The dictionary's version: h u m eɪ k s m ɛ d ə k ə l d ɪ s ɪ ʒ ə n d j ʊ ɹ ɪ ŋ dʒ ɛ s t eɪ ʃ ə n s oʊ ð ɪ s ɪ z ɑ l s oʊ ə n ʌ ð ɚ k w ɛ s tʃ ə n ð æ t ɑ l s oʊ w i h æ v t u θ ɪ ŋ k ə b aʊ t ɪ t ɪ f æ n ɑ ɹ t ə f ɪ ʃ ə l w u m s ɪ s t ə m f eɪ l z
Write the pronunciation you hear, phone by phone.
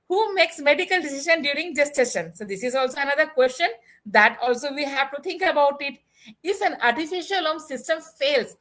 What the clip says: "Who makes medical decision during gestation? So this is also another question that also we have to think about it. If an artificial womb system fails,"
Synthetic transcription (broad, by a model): h u m eɪ k s m ɛ d ə k ə l d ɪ s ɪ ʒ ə n d j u ɹ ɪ ŋ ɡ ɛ s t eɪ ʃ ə n s oʊ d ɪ s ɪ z ɑ l s oʊ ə n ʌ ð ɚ k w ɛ s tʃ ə n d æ t ɑ l s oʊ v i h æ v t u t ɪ ŋ k ə b aʊ t ɪ t ɪ f æ n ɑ ɹ t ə f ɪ ʃ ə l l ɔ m s ɪ s t ə m f eɪ l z